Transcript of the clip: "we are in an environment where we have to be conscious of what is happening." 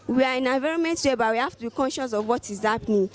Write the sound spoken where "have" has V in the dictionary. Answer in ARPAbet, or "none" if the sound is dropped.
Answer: F